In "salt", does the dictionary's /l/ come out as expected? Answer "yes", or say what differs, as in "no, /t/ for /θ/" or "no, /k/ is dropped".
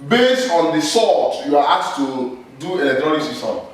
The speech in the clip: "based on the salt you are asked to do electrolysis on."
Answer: no, /l/ is dropped